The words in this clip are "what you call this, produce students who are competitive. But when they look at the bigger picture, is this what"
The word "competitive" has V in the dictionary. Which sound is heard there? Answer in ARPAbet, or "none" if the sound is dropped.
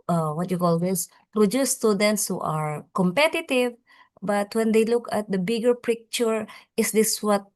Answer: V